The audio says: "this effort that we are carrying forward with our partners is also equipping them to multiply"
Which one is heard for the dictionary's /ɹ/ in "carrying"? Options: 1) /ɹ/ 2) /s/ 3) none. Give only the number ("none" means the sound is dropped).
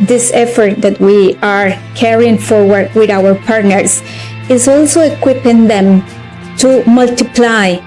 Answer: 1